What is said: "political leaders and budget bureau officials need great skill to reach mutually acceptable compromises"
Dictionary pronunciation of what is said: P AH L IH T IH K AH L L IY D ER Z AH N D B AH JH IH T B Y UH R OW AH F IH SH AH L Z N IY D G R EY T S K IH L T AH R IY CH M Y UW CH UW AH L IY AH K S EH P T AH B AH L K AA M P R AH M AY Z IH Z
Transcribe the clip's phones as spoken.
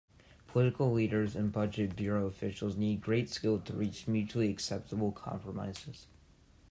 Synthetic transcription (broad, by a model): P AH L IH T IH K L L IY D ER Z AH N B AH JH IH T B Y UH R OW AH F IH SH L Z N IY D G R EY T S K IH L T AH R IY CH M Y UW CH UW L IY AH K S EH P T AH B L K AA M P R AH M AY Z IH Z